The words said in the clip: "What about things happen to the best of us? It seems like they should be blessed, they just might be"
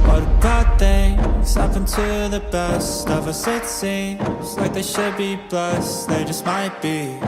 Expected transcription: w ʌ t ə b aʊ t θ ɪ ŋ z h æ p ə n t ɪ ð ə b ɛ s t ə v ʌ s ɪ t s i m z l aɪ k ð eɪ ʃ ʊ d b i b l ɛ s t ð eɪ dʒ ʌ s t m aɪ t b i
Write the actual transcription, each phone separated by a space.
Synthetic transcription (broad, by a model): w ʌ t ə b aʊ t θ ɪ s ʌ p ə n t ɪ ð ə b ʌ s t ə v ʌ s ɪ t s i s l aɪ k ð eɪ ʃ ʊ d b i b ʌ s ð eɪ dʒ ʌ s t m aɪ t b i